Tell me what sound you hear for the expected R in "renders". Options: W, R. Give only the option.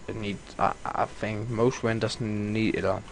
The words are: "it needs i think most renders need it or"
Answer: W